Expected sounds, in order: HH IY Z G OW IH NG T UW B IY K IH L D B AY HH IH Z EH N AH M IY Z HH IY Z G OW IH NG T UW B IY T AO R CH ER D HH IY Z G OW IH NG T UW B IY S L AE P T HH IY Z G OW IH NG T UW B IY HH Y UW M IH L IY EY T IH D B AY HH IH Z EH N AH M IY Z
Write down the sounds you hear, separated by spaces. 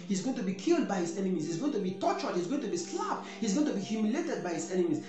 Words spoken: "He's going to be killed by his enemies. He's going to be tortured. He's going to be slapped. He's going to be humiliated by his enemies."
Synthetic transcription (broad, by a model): HH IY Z G OW IH NG T UW B IY K IH L D B AY HH IH Z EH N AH M IY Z HH IY Z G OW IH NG T UW B IY T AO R CH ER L HH IY Z G OW IH NG T UW B IY S L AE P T HH IY Z G OW IH NG T UW B IY HH Y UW M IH L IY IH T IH D B AY HH IH Z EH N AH M IY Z